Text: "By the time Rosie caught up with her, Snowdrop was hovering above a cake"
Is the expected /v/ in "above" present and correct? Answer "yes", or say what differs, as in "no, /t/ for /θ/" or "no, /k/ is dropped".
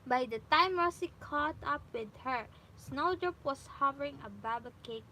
no, /b/ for /v/